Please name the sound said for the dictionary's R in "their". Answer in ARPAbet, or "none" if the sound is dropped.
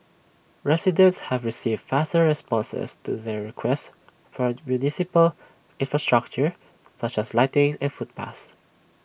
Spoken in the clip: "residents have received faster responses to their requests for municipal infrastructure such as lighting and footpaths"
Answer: R